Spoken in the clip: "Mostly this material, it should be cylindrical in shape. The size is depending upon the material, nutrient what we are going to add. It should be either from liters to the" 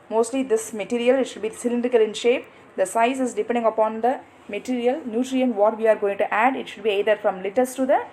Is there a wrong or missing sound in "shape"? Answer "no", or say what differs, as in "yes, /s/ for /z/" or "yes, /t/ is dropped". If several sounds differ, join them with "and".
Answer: no